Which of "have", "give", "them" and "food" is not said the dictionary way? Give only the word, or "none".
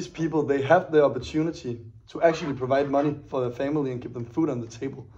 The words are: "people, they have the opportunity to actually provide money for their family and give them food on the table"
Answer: give